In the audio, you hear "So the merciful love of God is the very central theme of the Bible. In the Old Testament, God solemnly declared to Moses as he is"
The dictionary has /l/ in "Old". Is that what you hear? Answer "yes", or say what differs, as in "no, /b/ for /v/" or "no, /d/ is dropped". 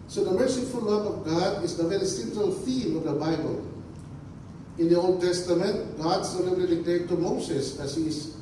yes